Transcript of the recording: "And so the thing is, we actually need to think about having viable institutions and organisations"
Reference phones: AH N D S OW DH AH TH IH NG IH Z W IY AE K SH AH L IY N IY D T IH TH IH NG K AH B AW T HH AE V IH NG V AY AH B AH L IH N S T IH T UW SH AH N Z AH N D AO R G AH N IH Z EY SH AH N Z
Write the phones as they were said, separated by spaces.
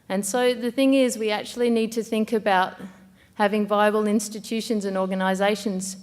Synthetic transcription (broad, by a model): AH N S OW DH AH TH IH NG IH Z W IY AE K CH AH L IY N IY D T IH TH IH NG K AH B AW T HH AE V IH NG V AY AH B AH L IH N S T IH T UW SH AH N Z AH N AO R G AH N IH Z EY SH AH N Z